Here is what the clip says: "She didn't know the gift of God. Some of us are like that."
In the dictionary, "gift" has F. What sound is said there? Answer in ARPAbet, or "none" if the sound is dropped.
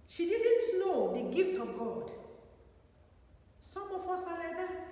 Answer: F